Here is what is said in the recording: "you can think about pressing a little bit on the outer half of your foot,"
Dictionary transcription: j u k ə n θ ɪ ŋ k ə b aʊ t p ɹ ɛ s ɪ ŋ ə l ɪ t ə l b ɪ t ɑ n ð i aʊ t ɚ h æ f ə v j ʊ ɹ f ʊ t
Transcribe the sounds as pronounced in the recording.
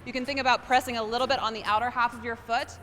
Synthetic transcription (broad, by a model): j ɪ k ə n θ ɪ ŋ k ə b aʊ t p ɹ ɛ s ɪ ŋ ə l ɪ t l b ɪ t n ð i aʊ t ɚ h æ f ə v j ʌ ɹ f ʊ t